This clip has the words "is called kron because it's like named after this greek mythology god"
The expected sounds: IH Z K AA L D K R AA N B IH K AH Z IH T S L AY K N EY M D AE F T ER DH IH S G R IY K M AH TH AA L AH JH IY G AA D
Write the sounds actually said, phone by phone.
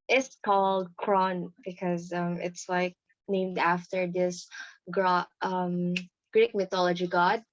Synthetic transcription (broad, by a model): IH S K AA L D K R AA N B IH K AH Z IH T S L AY K N EY M D AE F T ER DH IH S G R IY K M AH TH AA L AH JH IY G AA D